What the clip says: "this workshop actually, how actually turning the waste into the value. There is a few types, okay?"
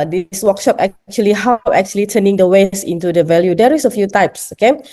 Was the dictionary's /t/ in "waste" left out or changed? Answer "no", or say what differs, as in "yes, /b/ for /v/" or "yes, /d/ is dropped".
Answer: yes, /t/ is dropped